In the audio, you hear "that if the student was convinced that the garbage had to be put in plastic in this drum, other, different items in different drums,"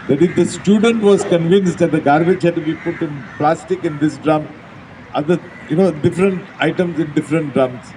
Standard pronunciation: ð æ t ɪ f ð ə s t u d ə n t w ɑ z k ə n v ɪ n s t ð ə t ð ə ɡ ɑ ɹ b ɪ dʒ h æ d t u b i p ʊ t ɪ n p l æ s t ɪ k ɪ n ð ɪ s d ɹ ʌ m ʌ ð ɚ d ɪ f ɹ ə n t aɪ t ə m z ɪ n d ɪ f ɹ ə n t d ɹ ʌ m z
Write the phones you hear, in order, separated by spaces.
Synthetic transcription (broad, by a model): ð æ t ɪ f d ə s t u d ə n t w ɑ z k ə n v ɪ n s t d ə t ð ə ɡ ɑ ɹ b ɪ dʒ h æ d t u b i p ʊ t ɪ n p l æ s t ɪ k ɪ n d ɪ s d ɹ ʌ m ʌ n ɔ d ɪ f ɹ ə n t aɪ t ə m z ɪ n d ɪ f ɹ ə n t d ɹ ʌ m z